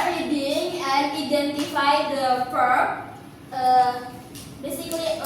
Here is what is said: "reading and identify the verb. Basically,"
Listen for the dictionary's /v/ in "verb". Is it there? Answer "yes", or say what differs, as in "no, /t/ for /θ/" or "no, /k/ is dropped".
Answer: no, /p/ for /v/